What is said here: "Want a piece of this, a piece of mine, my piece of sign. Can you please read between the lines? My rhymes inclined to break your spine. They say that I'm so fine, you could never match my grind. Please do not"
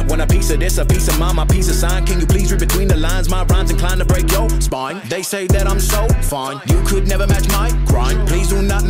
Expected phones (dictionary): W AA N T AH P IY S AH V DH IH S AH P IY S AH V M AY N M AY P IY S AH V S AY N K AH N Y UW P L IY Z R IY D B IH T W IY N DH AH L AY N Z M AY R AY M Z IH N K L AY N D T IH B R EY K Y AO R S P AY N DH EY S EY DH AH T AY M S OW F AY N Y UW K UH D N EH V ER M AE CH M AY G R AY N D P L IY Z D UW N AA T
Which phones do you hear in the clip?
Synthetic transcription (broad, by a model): W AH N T AH P IY S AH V DH IH S AH P IY S AH V M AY M AY P IY S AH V S AY N K AH N Y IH P L IY Z R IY B IH T W IY N DH AH L AY N Z M AY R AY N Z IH N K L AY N T IH B R EY K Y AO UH S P AY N DH EY S EY DH AH T AY M S OW F AY N Y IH K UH D N EH V ER M AE CH M AY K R AY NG P L IY Z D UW N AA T